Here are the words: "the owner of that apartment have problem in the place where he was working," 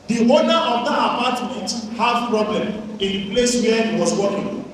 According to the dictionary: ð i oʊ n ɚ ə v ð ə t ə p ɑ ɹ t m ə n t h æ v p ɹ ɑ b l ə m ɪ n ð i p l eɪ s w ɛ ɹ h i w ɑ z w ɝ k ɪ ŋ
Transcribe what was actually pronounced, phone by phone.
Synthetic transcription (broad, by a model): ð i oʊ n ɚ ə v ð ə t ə p ɑ t m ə n t h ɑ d p ɹ ɑ b l ə m ɪ n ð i p l eɪ s w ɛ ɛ h i w ɑ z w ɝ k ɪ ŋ